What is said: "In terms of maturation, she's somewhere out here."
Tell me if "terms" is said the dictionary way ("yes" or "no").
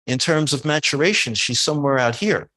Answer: yes